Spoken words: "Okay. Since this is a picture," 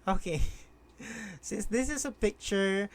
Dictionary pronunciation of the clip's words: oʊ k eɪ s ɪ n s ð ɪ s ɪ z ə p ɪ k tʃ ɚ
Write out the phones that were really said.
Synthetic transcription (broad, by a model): oʊ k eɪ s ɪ s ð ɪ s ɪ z ə p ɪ k tʃ ɚ